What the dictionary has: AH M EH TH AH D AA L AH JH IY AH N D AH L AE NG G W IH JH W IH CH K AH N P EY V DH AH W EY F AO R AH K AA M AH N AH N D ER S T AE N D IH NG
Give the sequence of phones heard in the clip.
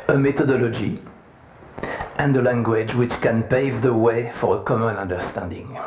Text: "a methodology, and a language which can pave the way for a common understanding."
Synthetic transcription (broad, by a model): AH M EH T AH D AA L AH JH IY AH N D AH L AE NG G W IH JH W IH CH K AH N P EY V DH AH W EY F AO R AH K AA M AH N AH N D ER S T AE N D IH NG